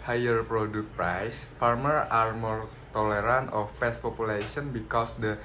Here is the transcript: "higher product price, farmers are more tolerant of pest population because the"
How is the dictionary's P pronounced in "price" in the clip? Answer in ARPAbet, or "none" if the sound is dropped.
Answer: P